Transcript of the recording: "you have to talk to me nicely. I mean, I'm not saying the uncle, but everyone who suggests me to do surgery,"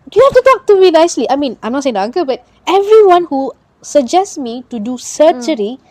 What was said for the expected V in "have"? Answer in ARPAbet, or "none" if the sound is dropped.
F